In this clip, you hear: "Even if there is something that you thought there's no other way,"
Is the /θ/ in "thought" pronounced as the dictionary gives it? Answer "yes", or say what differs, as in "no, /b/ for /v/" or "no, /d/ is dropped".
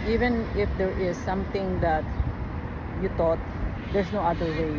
no, /t/ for /θ/